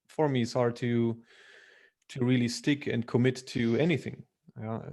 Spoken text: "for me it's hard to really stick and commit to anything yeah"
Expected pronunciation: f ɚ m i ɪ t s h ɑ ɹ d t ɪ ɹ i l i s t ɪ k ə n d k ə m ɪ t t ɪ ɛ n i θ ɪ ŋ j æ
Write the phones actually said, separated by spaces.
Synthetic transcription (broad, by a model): f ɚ m i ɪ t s h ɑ ɹ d t ɪ ɹ i l i s t ɪ k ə n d k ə m ɪ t t ɪ ɛ n i θ ɪ ŋ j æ